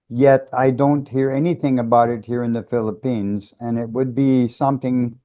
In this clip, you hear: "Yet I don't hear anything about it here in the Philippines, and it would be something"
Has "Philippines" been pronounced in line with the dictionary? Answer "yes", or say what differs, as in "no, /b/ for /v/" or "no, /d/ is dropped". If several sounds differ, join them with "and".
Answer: yes